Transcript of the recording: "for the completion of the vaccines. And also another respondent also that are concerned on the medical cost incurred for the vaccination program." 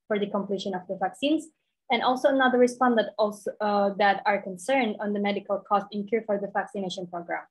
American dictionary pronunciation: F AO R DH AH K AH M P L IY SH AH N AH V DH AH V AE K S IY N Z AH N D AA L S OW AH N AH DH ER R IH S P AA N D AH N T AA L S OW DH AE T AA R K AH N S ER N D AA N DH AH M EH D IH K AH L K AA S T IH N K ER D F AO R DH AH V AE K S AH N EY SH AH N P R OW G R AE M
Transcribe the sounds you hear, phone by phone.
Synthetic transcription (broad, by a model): F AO R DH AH K AH M P L IY SH AH N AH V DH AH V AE K S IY N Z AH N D AA L S OW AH N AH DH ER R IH S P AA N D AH T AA L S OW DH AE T AA R K AH N S ER N D AA N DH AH M EH D IH K AH L K AA S T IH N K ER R F AO R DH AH V AE K S AH N EY SH AH N P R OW G R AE M